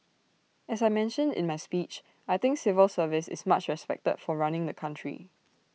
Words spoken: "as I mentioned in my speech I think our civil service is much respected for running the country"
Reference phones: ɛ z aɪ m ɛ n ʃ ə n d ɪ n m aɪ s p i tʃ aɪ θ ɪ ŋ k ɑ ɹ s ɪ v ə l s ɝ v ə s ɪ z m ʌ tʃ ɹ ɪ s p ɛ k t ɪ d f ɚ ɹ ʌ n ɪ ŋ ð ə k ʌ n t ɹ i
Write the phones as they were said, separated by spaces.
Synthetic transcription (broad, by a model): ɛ s aɪ m ɛ n ʃ ə n d ɪ n m aɪ s p i tʃ aɪ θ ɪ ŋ k s ɪ v ə l s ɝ v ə s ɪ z m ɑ tʃ ɹ ɪ s p ɛ k t ɪ d f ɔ ɹ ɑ n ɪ ŋ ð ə k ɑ n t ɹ i